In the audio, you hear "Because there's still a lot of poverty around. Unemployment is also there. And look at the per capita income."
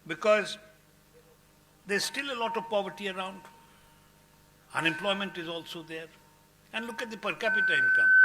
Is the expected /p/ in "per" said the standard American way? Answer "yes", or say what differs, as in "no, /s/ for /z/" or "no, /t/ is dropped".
yes